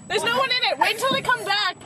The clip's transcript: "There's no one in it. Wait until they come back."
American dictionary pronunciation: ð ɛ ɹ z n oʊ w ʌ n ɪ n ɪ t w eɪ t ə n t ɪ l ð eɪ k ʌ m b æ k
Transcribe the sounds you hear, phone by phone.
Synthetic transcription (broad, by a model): ð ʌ ɹ z n oʊ w ʌ n ɪ n ɪ t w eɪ ə n t ɪ l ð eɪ k ʌ m b æ k